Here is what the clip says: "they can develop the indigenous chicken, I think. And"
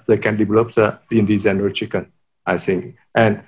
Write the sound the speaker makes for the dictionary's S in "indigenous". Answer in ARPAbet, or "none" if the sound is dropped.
none